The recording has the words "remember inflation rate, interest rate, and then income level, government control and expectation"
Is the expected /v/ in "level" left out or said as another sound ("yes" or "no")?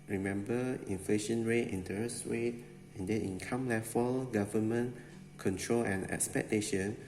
yes